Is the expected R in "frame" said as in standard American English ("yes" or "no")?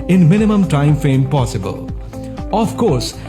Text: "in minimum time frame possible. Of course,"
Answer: no